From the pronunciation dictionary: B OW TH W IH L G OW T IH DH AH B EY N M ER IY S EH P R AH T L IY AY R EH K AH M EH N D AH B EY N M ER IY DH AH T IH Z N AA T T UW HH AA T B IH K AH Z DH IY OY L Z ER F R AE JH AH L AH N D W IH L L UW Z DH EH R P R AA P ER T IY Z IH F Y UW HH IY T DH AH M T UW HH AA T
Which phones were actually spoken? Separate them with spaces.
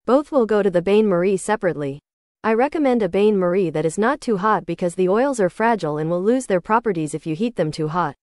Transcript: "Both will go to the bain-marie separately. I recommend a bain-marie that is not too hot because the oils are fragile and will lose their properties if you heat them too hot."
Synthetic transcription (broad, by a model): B OW TH W IH L G OW T IH DH AH B EY N M ER IY S EH P R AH T L IY AY R EH K AH M EH N D AH B EY N M ER IY DH AH T IH Z N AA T T UW HH AA T B IH K AH Z DH IY OY L Z ER F R AE JH L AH N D W IH L L UW Z DH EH R P R AA P ER T IY Z IH F Y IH HH IY T DH AH M T UW HH AA T